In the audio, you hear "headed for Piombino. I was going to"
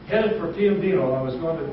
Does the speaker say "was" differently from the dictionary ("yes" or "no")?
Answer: no